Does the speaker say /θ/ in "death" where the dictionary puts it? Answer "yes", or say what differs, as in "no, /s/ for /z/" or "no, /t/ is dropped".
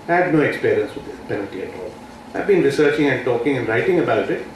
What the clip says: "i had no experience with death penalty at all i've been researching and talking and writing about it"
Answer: no, /s/ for /θ/